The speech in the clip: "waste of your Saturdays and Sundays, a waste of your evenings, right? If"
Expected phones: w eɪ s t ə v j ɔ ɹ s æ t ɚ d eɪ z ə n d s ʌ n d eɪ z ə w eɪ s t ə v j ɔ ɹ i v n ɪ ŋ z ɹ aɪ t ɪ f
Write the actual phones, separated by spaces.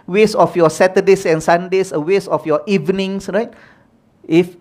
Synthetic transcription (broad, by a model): w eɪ s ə f j ɔ s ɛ t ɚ d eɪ s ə n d s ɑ n d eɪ s ə w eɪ s ə f j ɔ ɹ i v n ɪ ŋ s ɹ aɪ t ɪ f